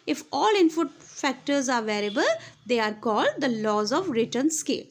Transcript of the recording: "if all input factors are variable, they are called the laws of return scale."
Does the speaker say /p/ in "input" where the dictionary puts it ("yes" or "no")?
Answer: no